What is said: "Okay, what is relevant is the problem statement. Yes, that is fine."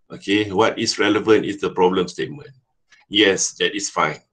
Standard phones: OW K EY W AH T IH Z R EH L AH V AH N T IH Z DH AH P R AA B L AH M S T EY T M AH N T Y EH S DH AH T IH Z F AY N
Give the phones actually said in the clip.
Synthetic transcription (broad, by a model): OW K EY W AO T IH S R EH L AH V AH N T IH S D AH P R AA B L AH M S T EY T M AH N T Y EH S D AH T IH S F AY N